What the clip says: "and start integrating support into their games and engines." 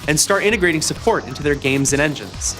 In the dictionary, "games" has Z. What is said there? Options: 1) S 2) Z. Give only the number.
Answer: 2